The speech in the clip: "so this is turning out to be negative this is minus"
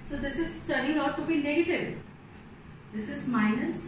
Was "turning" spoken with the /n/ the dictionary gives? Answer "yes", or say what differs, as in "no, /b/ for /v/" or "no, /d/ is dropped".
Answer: no, /n/ is dropped